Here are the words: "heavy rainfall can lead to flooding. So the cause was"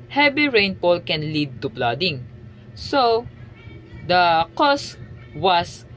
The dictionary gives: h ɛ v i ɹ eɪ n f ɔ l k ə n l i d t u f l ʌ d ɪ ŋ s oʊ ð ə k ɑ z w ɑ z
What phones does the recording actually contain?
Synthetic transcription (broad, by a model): h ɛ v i ɹ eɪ n p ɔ l k ə n l i d t u p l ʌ d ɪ ŋ s oʊ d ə k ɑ s w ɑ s